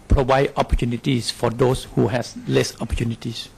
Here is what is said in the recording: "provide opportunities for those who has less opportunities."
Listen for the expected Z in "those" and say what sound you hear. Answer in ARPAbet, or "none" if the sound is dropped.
S